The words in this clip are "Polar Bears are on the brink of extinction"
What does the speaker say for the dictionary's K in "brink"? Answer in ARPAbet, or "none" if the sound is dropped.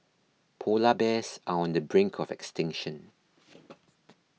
K